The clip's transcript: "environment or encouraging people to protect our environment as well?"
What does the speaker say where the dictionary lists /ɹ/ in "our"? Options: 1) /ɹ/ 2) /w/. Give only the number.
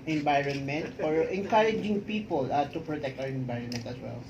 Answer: 2